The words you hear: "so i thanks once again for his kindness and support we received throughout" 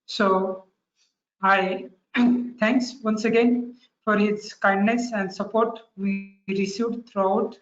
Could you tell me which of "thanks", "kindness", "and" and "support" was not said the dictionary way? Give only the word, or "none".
thanks